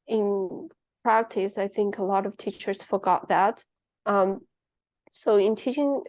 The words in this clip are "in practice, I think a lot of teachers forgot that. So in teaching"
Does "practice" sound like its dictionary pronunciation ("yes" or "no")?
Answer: yes